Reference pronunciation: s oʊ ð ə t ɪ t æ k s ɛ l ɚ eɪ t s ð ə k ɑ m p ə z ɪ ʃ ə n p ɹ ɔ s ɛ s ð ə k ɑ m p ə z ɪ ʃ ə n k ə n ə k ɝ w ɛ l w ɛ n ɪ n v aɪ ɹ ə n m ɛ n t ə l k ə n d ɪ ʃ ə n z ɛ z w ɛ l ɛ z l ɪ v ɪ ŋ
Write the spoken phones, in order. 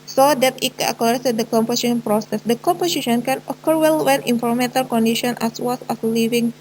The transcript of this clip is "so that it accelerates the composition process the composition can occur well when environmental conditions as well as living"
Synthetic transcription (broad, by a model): s oʊ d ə t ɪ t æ k ɔ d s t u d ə k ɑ m p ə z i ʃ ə n p ɹ ɔ s ɛ s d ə k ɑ m p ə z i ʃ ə n k ə n ə k ɝ w ɛ l w ɛ n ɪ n f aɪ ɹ m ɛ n t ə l k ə n d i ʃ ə n ɛ s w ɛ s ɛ s l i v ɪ ŋ